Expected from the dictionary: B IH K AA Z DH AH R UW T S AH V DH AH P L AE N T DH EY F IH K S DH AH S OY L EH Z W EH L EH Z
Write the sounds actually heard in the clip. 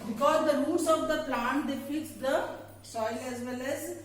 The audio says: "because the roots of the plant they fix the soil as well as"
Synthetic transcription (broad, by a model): B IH K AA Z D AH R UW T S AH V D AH P L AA N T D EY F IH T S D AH S OY L EH Z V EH L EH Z